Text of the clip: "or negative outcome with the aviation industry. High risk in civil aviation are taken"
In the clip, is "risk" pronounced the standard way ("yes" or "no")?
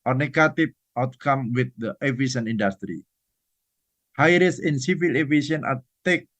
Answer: no